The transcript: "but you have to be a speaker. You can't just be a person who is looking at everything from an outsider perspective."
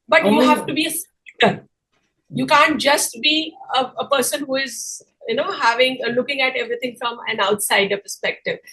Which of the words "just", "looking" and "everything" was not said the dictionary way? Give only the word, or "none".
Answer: everything